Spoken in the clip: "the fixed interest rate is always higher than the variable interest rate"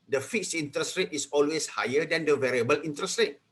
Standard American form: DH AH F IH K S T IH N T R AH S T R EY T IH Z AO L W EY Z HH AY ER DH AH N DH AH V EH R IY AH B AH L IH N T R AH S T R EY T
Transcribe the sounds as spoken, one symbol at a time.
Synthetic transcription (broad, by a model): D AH F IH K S IY N T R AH S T R EY T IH S AO L W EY S HH AY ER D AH N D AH V EH R IY AH B AH L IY N T R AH S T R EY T